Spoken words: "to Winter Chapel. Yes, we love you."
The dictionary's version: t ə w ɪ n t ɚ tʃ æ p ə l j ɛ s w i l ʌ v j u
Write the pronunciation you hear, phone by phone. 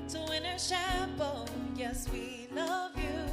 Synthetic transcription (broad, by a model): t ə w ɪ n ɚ ʃ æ b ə n j ɛ s w i l ʌ v j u